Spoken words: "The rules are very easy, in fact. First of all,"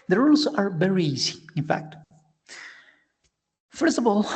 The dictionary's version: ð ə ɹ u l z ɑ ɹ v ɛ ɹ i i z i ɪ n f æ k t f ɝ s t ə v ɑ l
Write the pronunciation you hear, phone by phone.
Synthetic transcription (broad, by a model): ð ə ɹ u l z ɑ ɹ v ɛ ɹ i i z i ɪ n f æ k t f ɝ s t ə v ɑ l